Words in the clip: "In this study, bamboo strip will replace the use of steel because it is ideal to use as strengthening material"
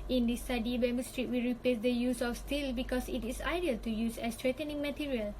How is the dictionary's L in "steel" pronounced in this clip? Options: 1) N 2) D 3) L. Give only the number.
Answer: 3